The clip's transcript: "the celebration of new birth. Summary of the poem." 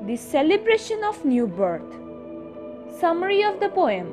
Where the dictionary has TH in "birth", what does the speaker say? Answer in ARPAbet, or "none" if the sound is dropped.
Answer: T